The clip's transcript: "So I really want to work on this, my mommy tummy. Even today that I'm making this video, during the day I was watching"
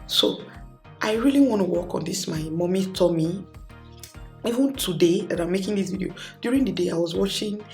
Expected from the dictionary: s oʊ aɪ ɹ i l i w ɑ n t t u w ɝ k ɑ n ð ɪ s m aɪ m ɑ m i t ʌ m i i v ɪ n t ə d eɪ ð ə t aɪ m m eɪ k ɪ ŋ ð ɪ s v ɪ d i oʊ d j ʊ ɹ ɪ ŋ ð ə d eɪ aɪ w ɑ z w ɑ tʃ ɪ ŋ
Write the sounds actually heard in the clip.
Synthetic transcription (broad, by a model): s oʊ aɪ ɹ i l i w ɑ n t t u w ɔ k ɑ n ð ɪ s m aɪ m ɑ m i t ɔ m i i v ɪ n t ə d eɪ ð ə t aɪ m m eɪ k ɪ ŋ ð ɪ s v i d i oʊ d j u ɹ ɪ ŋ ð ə d eɪ aɪ w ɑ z w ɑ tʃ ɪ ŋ